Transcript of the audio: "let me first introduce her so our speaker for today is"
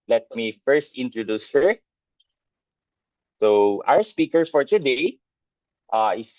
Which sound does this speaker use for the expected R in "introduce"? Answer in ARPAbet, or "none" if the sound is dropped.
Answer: R